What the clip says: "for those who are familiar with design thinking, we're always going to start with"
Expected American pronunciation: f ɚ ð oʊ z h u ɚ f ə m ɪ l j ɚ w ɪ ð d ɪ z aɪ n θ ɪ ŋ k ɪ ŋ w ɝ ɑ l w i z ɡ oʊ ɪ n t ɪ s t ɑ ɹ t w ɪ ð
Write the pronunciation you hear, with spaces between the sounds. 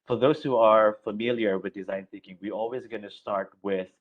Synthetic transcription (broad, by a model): f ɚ ð oʊ z h u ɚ f ə m ɪ l j ɚ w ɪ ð d ɪ z aɪ n θ ɪ ŋ k ɪ ŋ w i ɑ l w i z ɡ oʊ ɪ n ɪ s t ɑ ɹ t w ɪ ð